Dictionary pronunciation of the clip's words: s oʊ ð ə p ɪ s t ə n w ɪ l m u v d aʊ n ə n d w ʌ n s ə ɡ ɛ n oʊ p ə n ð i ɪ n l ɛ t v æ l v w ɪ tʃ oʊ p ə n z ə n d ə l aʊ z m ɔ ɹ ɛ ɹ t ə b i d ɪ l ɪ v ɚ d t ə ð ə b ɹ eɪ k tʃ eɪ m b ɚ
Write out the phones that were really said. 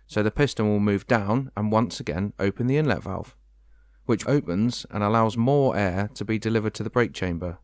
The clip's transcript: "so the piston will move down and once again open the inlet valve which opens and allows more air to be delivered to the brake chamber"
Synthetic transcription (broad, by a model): s oʊ ð ə p ɪ s t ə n w ɪ l m u v d aʊ n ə n w ʌ n s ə ɡ ɛ n oʊ p ə n ð i ɪ n l ɛ t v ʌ l f w ɪ tʃ oʊ p ə n z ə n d ə l aʊ z m ɔ ɹ ɛ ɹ t ə b i d ɪ l ɪ v ɚ d t ə ð ə b ɹ eɪ k tʃ eɪ m b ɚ